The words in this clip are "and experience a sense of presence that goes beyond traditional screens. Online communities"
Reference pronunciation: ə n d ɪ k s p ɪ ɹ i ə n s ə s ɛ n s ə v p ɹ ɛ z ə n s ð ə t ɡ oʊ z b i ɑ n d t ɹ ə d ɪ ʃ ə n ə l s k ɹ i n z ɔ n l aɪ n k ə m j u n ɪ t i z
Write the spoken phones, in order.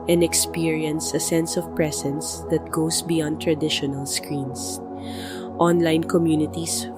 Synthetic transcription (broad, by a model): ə n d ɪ k s p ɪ ɹ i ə n s ə s ɛ n s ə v p ɹ ɛ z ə n s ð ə t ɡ oʊ s b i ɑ n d t ɹ ə d ɪ ʃ ə n ə l s k ɹ i n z ɔ n l aɪ n k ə m j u n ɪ t i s